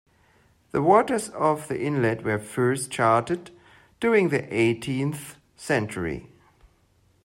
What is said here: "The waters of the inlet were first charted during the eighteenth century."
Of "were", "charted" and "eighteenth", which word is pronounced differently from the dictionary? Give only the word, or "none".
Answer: none